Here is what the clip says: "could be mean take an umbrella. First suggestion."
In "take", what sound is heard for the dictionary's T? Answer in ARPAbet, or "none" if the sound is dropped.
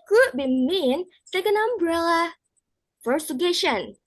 S